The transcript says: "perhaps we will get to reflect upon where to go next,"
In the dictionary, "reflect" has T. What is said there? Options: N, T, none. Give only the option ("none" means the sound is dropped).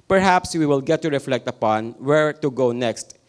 T